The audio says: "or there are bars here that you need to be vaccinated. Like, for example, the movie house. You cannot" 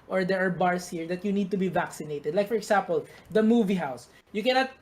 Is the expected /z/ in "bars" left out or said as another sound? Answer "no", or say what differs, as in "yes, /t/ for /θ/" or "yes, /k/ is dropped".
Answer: yes, /s/ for /z/